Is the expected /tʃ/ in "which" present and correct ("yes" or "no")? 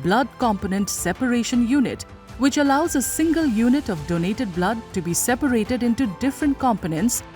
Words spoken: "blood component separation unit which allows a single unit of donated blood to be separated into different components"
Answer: yes